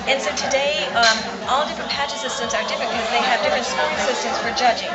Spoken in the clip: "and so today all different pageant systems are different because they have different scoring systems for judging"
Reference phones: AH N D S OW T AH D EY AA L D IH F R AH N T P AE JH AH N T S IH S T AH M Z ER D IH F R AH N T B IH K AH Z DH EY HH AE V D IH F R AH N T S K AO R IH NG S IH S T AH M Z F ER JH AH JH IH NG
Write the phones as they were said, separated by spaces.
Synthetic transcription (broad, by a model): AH N S OW T AH D EY AA L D IH F R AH N P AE CH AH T S IH S T AH M Z ER D IH F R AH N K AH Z DH EY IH V D IH F R AH N T S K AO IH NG S IH S T AH M Z F ER JH AH JH IH NG